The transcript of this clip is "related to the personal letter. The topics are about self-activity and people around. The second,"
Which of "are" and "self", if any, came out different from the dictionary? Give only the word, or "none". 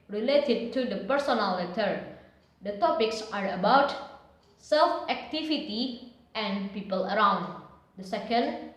none